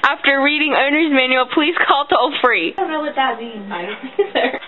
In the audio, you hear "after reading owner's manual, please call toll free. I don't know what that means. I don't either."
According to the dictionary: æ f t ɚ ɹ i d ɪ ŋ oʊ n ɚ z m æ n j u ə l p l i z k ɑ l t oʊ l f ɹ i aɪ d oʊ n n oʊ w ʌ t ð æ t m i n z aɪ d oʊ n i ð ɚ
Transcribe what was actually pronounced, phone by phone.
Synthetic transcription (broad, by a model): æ f t ɚ ɹ i d ɪ ŋ oʊ n ɚ z m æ n j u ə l p l i z k ɑ l t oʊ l f ɹ i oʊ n n oʊ w ʌ t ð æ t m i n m aɪ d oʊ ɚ